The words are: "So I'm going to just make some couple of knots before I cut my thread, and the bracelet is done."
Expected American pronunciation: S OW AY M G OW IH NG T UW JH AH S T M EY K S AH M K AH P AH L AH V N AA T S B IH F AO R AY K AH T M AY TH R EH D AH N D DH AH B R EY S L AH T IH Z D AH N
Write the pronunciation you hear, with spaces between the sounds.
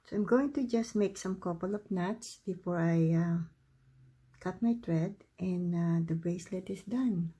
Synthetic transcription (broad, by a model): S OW AY M G OW IH NG T UW JH AH S T M EY K S AH M K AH P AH L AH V N AA T S B IH F AO R AY K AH T M AY T R EH D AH N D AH B R EY S L AH T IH S D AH N